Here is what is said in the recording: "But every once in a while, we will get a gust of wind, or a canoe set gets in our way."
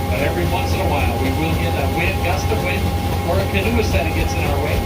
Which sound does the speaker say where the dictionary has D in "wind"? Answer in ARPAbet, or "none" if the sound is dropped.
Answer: none